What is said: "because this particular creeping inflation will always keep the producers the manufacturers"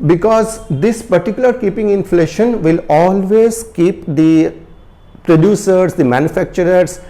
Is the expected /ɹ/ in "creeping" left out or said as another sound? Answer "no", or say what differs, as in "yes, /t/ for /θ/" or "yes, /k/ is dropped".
yes, /ɹ/ is dropped